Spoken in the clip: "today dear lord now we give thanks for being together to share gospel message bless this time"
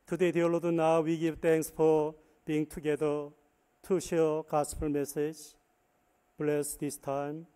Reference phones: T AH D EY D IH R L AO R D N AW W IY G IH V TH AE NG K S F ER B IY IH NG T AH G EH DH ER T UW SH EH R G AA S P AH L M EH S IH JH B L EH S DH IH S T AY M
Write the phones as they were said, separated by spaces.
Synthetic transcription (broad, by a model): T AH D EY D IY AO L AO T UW N AW W IY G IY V T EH NG K S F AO B IY IH NG T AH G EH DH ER T UW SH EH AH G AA S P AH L M EH S IH JH B L EH S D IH S T AY M